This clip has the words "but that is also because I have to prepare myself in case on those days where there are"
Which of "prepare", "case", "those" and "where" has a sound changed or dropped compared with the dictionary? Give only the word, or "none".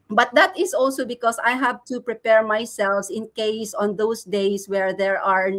those